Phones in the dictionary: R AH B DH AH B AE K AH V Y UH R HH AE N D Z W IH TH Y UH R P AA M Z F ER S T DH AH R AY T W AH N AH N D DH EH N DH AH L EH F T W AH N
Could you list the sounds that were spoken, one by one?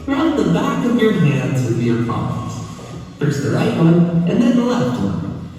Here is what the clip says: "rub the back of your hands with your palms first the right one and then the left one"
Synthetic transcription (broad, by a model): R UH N DH AH B AE K AH V Y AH R HH AE N D Z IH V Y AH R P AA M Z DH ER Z DH AH R AY T W AH N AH N DH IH N DH AH L EH F T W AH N